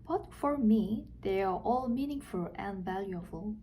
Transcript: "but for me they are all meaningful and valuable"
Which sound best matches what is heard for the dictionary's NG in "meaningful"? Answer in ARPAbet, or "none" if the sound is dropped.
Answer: NG